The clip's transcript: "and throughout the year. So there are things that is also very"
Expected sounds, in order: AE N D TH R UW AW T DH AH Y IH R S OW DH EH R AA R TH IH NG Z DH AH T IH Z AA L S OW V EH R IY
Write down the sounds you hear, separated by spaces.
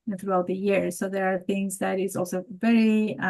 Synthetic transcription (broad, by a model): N TH R UW AW T DH AH Y IH R S OW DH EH R AA R TH IH NG Z DH AH T IH Z AA L S OW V EH R IY